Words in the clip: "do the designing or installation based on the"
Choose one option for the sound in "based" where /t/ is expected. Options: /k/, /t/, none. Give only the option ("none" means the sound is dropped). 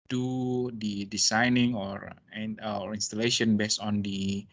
none